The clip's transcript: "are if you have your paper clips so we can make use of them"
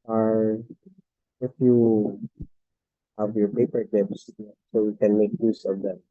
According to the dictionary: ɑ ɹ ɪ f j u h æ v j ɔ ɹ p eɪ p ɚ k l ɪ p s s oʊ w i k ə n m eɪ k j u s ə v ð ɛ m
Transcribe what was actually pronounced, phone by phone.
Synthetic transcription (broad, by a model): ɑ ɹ ɪ f j u h æ v j ɔ ɹ p eɪ p ɚ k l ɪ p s s oʊ w i k ə n m eɪ k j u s ə v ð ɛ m